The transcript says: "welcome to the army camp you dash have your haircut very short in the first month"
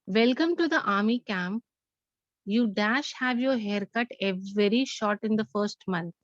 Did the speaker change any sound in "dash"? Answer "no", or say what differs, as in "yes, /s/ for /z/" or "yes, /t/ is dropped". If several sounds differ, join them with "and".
no